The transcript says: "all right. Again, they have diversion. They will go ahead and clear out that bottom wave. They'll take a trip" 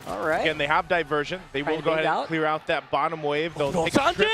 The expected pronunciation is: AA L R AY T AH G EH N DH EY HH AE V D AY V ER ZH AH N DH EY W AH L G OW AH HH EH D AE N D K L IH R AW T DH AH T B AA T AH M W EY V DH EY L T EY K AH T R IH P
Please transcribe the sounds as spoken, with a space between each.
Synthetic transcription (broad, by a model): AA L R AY AH G EH N DH EY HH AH V D AY V ER ZH AH N DH EY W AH N G OW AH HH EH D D K L IH R AW T DH AH T B AA T AH M W EY V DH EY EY AH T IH